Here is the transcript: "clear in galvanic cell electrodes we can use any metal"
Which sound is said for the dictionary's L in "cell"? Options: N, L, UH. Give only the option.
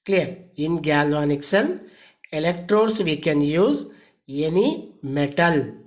N